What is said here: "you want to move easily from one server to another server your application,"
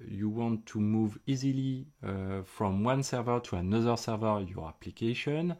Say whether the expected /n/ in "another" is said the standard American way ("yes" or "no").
yes